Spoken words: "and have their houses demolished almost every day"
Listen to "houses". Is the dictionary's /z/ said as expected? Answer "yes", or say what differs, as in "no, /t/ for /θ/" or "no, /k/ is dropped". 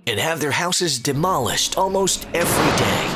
yes